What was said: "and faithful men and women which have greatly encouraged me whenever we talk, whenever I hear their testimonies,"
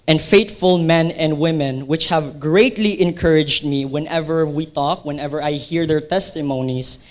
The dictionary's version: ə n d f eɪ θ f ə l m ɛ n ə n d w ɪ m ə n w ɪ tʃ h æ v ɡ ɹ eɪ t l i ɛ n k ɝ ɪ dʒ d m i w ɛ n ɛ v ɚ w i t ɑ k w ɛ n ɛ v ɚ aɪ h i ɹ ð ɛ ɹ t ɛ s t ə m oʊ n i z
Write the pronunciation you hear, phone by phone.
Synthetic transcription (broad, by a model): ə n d f eɪ t f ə l m ɛ n ə n d w ɪ m ə n w ɪ tʃ h æ v ɡ ɹ eɪ t l i ɛ n k ɝ ɪ dʒ d m i w ɛ n ɛ v ɚ w i t ɑ k w ɛ n ɛ v ɚ aɪ h i ɹ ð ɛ ɹ t ɛ s t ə m oʊ n i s